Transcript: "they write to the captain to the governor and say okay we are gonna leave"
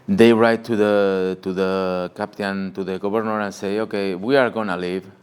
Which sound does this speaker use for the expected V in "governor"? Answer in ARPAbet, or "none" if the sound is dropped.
B